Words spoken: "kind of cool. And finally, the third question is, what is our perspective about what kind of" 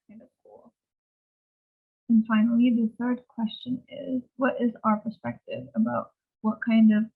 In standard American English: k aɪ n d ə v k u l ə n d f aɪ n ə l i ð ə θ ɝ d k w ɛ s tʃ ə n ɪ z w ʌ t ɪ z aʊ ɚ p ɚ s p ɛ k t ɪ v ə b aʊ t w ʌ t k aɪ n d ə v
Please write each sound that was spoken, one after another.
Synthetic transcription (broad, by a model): aɪ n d ə v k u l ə n f aɪ n l i ð ə θ ɝ d k w ɛ s tʃ ə n ɪ z w ʌ t ɪ z aʊ ɚ p ɚ s p ɛ k t ɪ v ə b aʊ t w ʌ t k aɪ n d ə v